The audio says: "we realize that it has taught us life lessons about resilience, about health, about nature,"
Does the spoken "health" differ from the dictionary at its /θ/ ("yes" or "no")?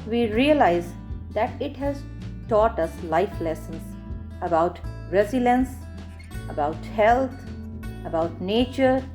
yes